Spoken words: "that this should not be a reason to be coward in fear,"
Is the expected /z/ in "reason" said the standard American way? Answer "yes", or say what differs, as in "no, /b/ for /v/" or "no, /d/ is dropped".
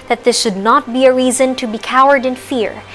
yes